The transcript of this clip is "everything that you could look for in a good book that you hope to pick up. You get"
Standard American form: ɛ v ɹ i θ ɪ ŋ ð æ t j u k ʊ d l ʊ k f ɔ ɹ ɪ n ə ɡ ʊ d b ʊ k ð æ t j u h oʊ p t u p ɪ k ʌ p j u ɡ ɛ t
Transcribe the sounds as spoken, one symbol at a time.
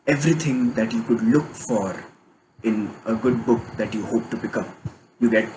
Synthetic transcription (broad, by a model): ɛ v ɹ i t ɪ ŋ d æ t j u k ʊ d l ʊ k f ɔ ɹ ɪ n ə ɡ ʊ d b ʊ k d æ t j u h oʊ p t u b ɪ k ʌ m j u ɡ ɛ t